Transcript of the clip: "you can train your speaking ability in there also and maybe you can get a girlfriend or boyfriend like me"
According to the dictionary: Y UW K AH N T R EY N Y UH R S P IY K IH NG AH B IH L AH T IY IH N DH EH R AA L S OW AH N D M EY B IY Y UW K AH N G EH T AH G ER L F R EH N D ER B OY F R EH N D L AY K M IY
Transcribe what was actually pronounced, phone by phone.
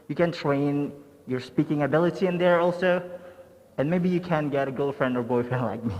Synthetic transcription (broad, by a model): Y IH K AH N T R EY N Y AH R S P IY K IH NG AH B IH L AH T IY IH N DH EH R AA L S OW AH N M EY B IY Y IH K AH N G EH T AH G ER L F R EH N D ER B OY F EH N L AY K M IY